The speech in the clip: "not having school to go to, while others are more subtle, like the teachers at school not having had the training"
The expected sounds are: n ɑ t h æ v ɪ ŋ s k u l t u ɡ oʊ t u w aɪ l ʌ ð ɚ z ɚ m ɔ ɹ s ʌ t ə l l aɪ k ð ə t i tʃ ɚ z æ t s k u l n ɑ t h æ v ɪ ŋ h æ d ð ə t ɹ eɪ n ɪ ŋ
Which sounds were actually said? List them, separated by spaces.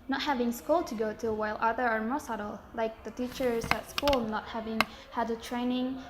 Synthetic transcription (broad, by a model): n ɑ t h æ v ɪ ŋ s k u l t u ɡ oʊ t u w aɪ l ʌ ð ɚ ɚ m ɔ s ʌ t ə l l aɪ k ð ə t i tʃ ɚ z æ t s k u l n ɑ t h æ v ɪ ŋ h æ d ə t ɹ eɪ n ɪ ŋ